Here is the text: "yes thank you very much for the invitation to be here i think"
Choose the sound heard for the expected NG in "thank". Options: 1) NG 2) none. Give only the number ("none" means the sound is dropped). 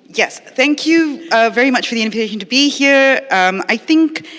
1